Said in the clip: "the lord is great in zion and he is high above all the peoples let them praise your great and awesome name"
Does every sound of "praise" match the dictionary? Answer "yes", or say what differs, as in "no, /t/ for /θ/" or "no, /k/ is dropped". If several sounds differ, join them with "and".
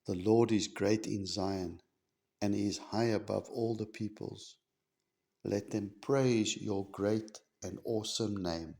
yes